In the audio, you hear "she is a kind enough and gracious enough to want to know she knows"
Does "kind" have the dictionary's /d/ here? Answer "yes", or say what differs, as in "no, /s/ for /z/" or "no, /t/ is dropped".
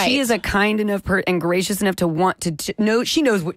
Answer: yes